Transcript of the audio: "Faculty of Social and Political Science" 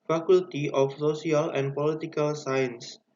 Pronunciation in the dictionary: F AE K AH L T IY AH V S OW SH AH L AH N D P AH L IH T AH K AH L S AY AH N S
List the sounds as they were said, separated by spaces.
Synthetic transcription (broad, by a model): F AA K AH L T IY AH F S OW S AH L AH N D P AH L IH T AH K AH L S AY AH N S